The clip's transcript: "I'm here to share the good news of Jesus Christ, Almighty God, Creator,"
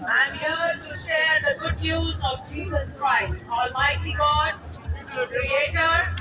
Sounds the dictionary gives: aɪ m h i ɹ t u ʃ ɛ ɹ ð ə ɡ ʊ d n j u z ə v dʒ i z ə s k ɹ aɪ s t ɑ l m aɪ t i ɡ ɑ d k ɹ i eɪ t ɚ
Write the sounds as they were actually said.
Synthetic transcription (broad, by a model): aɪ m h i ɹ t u ʃ ɛ ɹ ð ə ɡ ʊ d n j u z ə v dʒ i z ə s k ɹ aɪ s t ɑ l m aɪ t i ɡ ɑ d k ɹ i eɪ t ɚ